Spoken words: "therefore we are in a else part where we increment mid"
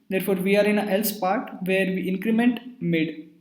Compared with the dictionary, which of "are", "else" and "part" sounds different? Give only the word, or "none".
none